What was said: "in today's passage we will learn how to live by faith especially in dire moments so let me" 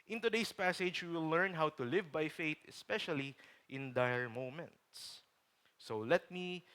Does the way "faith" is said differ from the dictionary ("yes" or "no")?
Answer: yes